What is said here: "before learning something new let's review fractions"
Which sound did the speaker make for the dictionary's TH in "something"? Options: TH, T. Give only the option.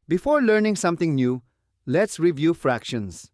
T